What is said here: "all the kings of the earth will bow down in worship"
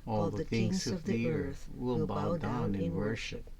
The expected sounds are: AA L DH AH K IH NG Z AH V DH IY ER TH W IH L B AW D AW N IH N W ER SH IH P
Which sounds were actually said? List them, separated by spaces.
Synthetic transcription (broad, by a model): AA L DH AH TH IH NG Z AH V DH IY ER TH W IH L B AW D AW N IH N W ER SH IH P